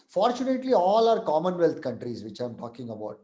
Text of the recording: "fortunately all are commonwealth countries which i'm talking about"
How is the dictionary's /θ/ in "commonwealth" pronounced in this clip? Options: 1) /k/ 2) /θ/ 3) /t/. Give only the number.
3